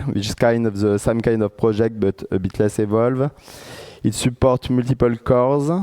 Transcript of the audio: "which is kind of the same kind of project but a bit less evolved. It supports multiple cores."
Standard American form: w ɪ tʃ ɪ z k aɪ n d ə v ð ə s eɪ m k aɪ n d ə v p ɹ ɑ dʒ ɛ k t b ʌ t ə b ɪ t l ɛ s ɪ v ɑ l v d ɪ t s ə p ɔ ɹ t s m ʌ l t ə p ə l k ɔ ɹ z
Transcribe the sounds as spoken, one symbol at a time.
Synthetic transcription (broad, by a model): w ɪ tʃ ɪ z k aɪ n d ə v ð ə s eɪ m k aɪ n d ə v p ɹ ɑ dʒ ɛ k t b ʌ t ə b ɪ t l ɛ s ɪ v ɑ l v ɪ t s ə p ɔ ɹ t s m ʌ l t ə p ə l k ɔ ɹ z